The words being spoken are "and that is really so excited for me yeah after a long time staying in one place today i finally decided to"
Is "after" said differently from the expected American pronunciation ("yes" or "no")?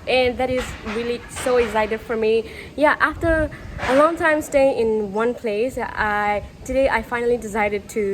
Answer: no